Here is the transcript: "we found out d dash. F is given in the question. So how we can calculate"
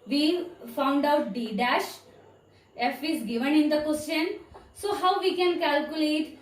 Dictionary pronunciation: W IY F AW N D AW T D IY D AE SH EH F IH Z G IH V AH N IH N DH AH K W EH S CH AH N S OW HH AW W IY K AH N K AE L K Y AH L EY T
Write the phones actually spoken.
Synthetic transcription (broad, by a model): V IY F AW N D AW T D IY D AE SH EH F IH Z G IH V AH N IH N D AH K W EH S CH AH N S OW HH AW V IY K AH N K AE L K Y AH L EY T